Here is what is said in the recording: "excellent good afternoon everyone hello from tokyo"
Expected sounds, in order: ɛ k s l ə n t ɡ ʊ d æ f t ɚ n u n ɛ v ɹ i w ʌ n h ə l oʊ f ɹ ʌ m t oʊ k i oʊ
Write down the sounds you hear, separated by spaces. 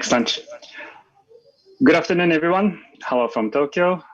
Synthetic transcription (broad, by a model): k s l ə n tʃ ɡ ʊ d æ f t ɚ n u n ɛ v ɹ i w ʌ n h ə l oʊ f ɹ ʌ m t oʊ k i oʊ